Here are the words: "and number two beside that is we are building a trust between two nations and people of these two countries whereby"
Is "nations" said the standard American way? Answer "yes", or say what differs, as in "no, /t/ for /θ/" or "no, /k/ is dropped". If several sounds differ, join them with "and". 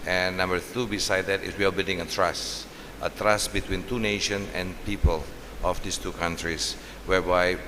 no, /z/ is dropped